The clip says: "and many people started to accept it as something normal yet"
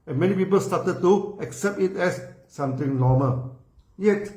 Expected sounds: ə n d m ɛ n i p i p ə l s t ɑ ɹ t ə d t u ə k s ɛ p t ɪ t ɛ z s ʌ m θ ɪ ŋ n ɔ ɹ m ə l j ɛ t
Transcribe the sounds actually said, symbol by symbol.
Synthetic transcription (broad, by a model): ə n m ɛ n i p i p ə l s t ɑ t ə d t u ə k s ɛ p t ɪ t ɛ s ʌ m t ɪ ŋ n ɔ m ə l j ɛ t